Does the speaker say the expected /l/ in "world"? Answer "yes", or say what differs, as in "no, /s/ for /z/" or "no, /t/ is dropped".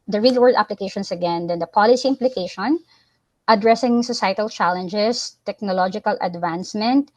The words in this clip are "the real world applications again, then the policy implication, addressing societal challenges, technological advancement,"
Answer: no, /l/ is dropped